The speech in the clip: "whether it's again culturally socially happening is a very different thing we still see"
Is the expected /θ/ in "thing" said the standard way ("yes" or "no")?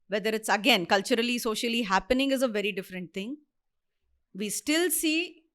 no